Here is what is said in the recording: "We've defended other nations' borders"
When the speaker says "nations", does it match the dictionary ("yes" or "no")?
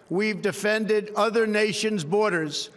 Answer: yes